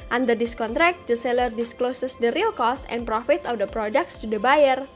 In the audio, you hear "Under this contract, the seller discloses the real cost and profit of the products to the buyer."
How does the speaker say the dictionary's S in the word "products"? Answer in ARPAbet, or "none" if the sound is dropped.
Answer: S